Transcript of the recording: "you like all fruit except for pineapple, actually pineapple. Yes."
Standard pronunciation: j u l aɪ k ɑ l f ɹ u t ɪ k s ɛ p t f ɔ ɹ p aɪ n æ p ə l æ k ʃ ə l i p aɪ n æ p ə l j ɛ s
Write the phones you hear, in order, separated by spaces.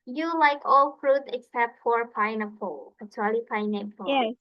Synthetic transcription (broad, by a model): j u l aɪ k ɑ l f ɹ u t ɪ k s ɛ p t f ɔ ɹ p aɪ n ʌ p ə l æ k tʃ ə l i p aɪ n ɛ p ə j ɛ